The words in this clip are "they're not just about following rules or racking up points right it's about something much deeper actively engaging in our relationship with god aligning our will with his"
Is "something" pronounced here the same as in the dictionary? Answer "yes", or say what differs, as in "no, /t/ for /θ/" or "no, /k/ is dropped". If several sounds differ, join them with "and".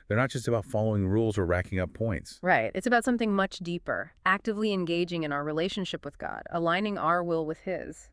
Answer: yes